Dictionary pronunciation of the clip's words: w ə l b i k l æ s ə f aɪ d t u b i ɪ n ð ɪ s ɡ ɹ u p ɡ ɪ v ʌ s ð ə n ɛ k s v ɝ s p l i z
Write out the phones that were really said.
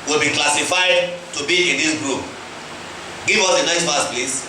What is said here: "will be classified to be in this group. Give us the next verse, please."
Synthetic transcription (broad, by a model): w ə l b i k l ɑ s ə f aɪ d t u b i ɪ n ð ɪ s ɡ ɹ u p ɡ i v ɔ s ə n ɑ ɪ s f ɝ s p l i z